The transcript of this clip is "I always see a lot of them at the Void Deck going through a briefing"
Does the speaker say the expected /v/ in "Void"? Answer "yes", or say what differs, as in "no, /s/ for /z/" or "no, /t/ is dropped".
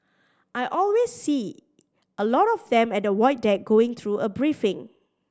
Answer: no, /w/ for /v/